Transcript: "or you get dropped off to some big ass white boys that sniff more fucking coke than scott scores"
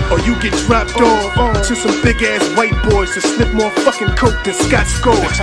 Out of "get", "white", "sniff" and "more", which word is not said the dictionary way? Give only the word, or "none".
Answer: sniff